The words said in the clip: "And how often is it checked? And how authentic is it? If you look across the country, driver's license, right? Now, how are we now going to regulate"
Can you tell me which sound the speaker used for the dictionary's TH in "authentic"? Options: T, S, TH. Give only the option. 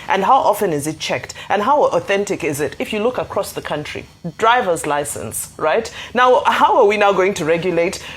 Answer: TH